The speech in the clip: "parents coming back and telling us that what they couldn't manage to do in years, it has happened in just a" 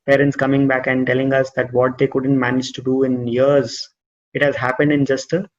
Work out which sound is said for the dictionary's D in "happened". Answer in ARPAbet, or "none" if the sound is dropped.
D